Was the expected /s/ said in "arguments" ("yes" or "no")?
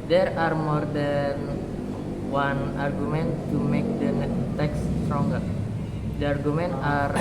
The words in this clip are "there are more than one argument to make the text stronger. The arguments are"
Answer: no